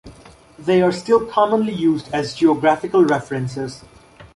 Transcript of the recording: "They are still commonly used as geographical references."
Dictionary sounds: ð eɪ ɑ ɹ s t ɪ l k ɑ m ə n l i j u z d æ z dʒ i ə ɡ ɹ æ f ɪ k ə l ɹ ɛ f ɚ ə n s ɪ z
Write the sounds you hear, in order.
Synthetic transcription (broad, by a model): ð eɪ ɑ ɹ s t ɪ l k ɑ m ə n l i j u z d æ z dʒ i ə ɡ ɹ æ f ɪ k ə l ɹ ɛ f ɚ ə n s ɪ z